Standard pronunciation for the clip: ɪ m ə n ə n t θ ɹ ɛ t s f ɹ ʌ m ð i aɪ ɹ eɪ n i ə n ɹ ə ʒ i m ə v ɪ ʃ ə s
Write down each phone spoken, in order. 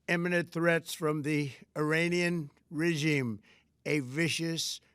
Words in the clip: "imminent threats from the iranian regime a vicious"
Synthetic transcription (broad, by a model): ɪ m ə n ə n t θ ɹ ɛ t s f ɹ ʌ m ð i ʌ ɹ eɪ n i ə n ɹ ə ʒ i m ə v ɪ ʃ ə s